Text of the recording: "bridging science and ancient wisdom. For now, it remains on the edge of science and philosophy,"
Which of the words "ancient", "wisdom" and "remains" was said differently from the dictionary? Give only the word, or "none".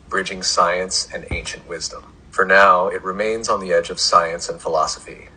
none